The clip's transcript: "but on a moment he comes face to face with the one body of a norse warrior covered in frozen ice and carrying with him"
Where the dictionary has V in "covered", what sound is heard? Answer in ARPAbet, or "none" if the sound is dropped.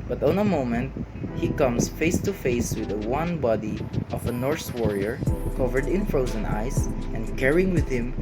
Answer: V